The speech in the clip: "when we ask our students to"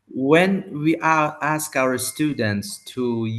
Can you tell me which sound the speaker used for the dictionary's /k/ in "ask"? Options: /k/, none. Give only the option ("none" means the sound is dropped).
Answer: /k/